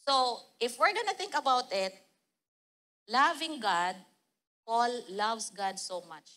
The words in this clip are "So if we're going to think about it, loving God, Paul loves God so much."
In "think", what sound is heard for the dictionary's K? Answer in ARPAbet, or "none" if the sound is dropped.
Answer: K